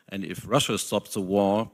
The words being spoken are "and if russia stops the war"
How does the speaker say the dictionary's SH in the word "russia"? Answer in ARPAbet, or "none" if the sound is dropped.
SH